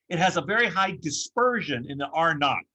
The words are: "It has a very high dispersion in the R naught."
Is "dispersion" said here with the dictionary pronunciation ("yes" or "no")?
yes